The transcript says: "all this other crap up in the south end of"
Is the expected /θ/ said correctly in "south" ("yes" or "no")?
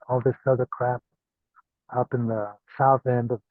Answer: yes